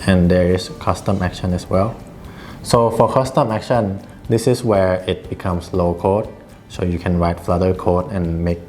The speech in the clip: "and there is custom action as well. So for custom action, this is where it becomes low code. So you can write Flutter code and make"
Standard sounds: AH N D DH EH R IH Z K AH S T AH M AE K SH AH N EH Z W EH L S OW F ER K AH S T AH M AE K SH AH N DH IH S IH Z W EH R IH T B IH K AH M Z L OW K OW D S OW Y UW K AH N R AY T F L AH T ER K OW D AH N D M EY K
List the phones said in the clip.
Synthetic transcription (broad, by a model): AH N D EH R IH S K AH S T AH M AE K SH AH N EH S W EH L S OW F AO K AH S T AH M AE K SH AH N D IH S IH S W EH R IH T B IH K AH M S L OW K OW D S OW Y UW K AH N R AY T F L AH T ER K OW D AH N M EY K